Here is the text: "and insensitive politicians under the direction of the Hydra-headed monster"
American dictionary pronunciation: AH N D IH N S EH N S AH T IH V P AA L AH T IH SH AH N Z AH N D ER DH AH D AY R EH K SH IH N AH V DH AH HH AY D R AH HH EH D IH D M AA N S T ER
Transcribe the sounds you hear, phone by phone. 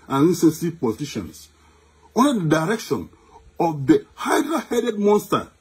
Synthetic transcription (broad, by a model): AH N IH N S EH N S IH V P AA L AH T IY SH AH N S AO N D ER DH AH D AY R EH K SH IH N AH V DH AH HH AY D R AH HH EH D IH D M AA N S T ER